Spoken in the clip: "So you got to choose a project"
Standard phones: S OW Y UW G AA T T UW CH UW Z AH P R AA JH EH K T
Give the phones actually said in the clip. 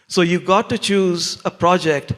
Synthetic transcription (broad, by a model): S OW Y UW G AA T T UW CH UW Z AH P R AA JH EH K T